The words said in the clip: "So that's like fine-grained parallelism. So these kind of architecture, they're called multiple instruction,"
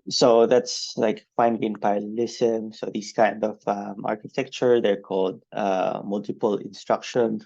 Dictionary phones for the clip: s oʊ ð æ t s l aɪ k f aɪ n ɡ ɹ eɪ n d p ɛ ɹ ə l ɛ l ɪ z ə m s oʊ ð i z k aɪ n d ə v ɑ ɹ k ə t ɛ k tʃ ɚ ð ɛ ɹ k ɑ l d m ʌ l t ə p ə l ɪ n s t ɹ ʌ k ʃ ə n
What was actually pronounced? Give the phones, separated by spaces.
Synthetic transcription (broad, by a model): s oʊ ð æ t s l aɪ k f aɪ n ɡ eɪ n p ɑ ə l l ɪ s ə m s oʊ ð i s k aɪ n d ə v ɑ ɹ k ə t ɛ k tʃ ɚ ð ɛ ɹ k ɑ l d m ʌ l t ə p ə l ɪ n s t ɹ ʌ k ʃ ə n